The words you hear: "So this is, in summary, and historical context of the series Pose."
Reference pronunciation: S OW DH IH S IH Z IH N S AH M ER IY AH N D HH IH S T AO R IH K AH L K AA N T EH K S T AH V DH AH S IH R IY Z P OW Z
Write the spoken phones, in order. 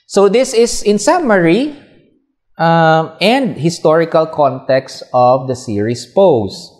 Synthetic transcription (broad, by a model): S OW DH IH S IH S IH N S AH M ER IY AH N D HH IH S T AO R IH K AH L K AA N T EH K S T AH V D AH S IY R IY S P OW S